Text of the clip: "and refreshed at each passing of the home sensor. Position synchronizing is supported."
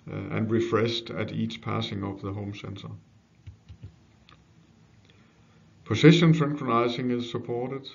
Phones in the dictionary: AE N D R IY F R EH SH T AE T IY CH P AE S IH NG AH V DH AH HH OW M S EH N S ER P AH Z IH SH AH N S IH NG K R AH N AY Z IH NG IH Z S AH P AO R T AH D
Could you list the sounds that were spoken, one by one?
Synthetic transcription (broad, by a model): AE N R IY F R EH S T AE T IY CH P AE S IH NG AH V DH AH HH OW M S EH N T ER P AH S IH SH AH N S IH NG K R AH N AY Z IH NG IH Z S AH P AO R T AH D